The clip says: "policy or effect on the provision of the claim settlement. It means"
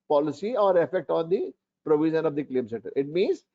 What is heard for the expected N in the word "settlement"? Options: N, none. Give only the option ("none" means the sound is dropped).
none